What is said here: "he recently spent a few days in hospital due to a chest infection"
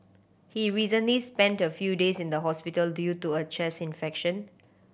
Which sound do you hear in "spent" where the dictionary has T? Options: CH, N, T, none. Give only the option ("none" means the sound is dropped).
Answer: T